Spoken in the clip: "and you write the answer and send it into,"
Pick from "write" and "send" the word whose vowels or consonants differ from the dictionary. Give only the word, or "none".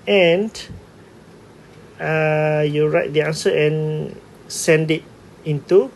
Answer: none